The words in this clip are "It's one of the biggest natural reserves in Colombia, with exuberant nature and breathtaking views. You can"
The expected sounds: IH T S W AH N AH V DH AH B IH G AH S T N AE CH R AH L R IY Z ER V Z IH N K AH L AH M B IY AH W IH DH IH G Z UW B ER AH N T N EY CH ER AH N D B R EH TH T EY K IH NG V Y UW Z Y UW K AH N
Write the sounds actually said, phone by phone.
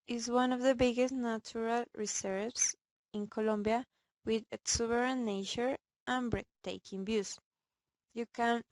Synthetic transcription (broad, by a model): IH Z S W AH N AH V DH AH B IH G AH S T N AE CH R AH L R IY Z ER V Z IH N K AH L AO M B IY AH W IH DH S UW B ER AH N N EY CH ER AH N B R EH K T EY K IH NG B Y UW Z Y UW K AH N